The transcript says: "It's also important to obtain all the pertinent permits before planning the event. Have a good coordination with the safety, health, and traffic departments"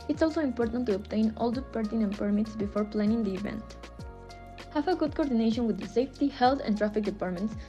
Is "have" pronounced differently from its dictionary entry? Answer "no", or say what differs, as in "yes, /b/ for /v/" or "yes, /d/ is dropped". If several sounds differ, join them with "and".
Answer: yes, /f/ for /v/